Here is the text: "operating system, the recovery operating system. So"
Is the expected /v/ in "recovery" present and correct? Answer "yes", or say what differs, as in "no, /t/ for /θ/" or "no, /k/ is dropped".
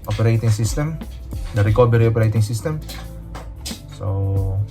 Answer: no, /b/ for /v/